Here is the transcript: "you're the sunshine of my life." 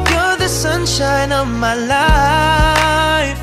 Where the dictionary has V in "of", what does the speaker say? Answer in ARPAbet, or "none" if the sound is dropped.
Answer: V